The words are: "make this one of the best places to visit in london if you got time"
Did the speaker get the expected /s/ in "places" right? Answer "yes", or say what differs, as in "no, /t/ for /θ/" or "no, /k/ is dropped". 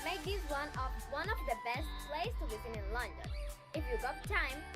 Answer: no, /s/ is dropped